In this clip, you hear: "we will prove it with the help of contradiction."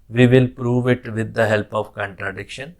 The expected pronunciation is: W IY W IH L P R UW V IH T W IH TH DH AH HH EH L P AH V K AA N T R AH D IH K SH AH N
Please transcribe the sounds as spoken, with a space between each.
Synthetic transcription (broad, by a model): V IY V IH L P R UW V IH T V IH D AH HH EH L P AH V K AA N T R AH D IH K SH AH N